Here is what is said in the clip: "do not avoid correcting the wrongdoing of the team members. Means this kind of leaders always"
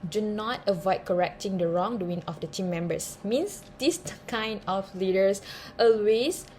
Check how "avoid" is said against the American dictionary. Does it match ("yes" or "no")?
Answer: yes